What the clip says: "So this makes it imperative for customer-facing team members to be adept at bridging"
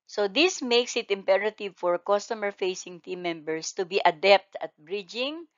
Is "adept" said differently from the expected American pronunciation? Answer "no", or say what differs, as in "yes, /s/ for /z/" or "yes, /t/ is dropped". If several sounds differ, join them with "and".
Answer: no